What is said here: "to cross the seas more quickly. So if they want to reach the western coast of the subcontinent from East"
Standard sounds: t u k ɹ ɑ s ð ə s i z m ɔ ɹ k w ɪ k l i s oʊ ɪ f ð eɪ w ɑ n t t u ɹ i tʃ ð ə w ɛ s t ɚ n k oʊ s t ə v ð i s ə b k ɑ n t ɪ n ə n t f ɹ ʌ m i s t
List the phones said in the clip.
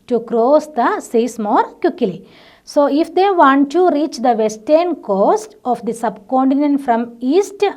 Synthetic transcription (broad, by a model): t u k ɹ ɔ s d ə s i s m ɔ ɹ k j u k l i s oʊ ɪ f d eɪ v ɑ n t t u ɹ i tʃ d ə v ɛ s t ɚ n k oʊ s t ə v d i s ə b k ɑ n t ɪ n ə n t f ɹ ʌ m i s t